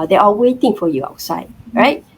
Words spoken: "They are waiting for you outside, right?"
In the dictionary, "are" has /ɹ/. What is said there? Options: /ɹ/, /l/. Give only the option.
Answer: /l/